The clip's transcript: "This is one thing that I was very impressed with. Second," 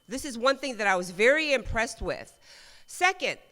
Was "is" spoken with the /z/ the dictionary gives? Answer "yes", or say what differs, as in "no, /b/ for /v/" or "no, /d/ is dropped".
yes